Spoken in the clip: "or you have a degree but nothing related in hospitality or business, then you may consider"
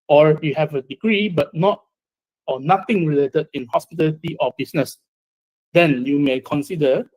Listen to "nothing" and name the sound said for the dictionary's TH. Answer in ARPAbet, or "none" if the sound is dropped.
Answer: T